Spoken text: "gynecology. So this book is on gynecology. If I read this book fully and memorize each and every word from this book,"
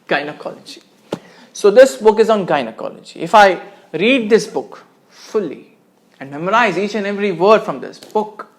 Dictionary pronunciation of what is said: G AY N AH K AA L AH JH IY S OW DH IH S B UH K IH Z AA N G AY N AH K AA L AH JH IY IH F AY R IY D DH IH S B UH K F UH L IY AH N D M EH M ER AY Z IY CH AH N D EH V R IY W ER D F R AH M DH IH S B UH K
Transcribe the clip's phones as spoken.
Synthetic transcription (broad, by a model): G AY N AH K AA L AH JH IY S OW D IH S B UH K IH Z AA N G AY N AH K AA L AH JH IY IH F AY R IY D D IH S B UH K F UH L IY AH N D M EH M ER AY Z IY CH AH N EH V R IY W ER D F R AH M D IH S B UH K